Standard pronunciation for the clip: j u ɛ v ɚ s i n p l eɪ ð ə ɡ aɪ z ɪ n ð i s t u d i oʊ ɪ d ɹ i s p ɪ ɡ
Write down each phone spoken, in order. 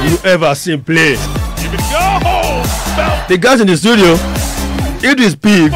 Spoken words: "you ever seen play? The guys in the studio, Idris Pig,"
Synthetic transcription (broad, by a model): j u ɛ v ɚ s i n p l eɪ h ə ɡ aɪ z ɪ n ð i s t u d i oʊ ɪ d i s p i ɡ